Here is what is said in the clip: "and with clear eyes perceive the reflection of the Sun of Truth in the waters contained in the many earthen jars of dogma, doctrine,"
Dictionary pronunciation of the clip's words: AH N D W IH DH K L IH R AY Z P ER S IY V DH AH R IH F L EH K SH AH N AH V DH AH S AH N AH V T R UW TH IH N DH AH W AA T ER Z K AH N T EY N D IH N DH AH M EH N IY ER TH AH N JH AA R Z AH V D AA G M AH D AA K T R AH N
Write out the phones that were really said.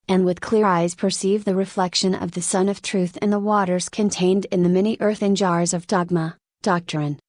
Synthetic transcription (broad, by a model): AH N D W IH DH K L IH R AY Z P ER S IY V DH AH R IH F L EH K SH AH N AH V DH AH S AH N AH V T R UW TH IH N DH AH W AA T ER Z K AH N T EY N D IH N DH AH M EH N IY ER TH AH N JH AA R Z AH V D AA G M AH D AA K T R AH N